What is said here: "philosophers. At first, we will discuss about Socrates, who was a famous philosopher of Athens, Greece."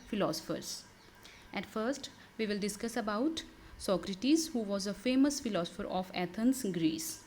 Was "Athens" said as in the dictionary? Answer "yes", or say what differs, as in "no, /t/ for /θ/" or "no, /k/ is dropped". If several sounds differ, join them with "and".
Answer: no, /t/ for /θ/